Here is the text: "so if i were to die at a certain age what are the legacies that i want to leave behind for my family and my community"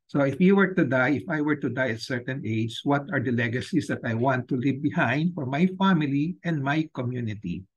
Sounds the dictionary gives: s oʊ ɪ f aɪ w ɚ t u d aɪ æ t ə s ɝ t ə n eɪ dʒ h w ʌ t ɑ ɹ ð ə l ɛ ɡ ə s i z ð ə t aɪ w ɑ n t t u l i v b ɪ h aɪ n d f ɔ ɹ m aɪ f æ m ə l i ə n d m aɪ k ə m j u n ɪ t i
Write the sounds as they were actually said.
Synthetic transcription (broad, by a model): s oʊ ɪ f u w ɚ t u d aɪ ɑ t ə s ɝ t ə n eɪ dʒ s w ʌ t ɑ ɹ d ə l ɛ ɡ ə s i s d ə t aɪ w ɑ n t t u l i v b ɪ h aɪ n d f ɔ ɹ m aɪ f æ m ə l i ə n d m aɪ k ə m j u n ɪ t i